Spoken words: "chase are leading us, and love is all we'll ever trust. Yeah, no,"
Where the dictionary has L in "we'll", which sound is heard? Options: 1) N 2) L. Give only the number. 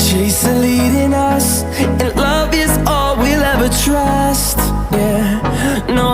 2